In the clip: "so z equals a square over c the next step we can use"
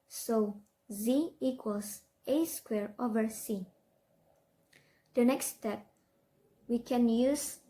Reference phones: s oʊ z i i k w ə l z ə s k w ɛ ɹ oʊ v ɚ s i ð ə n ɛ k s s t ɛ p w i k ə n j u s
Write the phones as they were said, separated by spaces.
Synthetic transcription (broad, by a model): s oʊ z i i k w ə l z ə s k w ɛ ɹ oʊ v ɚ s i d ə n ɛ k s s t ɛ p w i k ə n j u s